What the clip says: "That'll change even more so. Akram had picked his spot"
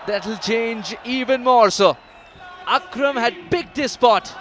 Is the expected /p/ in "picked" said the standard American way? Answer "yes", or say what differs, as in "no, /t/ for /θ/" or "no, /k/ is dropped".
no, /b/ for /p/